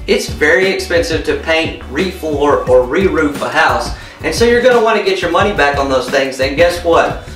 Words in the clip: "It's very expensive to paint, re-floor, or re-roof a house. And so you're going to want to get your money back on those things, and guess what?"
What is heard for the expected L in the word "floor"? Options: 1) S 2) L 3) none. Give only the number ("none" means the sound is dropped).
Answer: 3